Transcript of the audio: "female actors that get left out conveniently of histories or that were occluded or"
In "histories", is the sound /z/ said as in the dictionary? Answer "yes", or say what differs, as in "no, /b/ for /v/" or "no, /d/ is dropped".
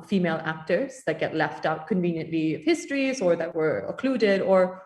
yes